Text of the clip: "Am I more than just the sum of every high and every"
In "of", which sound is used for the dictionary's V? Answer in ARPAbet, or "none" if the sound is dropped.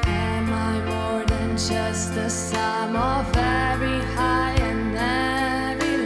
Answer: V